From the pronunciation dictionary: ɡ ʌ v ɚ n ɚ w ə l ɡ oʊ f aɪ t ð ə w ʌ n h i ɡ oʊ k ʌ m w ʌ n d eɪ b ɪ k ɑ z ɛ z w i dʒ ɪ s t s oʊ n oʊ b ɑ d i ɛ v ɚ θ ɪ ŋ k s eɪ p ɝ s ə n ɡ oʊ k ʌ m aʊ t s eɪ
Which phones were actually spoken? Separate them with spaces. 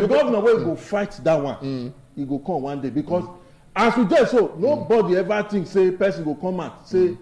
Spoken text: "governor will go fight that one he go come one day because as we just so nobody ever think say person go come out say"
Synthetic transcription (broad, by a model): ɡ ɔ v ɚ n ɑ w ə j ɡ oʊ f aɪ t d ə w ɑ n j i ɡ oʊ k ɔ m w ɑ n d eɪ b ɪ k ɑ s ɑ s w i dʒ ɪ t s oʊ n oʊ b ɑ d i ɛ v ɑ t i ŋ s eɪ p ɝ s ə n ɡ oʊ k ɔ m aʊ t s eɪ